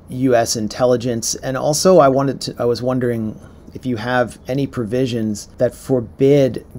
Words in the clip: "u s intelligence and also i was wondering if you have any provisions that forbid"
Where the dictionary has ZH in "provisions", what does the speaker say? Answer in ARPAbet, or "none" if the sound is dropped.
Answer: ZH